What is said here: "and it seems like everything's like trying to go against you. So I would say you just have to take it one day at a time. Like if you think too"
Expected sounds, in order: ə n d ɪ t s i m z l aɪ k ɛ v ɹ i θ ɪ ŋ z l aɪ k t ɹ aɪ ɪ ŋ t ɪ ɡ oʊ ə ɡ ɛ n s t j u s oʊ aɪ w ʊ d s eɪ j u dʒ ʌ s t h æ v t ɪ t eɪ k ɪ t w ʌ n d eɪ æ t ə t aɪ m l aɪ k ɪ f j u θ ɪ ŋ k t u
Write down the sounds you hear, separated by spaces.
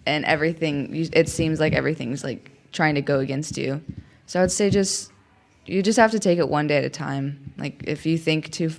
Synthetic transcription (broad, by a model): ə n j ɪ t s i m z l aɪ k ɛ v ɹ i θ ɪ ŋ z l aɪ k t ɹ aɪ ɪ ŋ t ɪ ɡ oʊ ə ɡ ɛ n s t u s oʊ aɪ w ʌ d s eɪ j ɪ dʒ ʌ s t h æ f t ɪ t eɪ k ɪ t w ʌ n d eɪ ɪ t ə t aɪ m l aɪ k ɪ f j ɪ θ ɪ ŋ k t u